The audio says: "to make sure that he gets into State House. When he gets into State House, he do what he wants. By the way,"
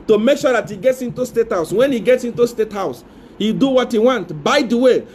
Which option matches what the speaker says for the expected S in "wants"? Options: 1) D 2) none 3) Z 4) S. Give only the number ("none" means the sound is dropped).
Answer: 2